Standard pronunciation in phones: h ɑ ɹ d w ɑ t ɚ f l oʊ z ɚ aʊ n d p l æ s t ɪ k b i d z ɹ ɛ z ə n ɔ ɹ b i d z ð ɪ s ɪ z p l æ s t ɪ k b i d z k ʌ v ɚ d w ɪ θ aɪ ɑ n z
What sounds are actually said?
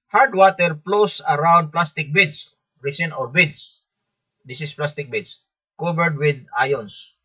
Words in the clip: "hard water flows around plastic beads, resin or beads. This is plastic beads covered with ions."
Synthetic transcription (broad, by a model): h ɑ ɹ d w ɑ t ɚ p l oʊ s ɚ aʊ n d p l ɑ s t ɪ k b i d s ɹ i s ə n ɔ ɹ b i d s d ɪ s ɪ s p l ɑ s t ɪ k b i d s k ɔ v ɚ d w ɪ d aɪ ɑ n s